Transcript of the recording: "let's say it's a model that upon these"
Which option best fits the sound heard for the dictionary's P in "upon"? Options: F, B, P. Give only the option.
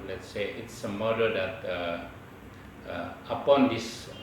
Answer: P